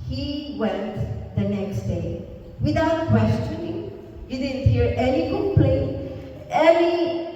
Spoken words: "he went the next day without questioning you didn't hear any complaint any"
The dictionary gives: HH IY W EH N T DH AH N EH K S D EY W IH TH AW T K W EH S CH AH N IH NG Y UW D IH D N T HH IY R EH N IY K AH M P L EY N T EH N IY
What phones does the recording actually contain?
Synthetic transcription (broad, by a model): HH IY W EH N T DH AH N EH K S D EY W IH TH AW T K W EH S CH AH N IH NG Y UW D IH D N T HH IY R EH N IY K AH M P L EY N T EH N IY